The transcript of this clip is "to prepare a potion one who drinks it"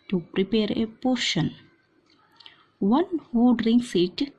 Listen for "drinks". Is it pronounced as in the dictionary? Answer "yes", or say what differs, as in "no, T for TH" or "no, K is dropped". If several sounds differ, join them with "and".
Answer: no, K is dropped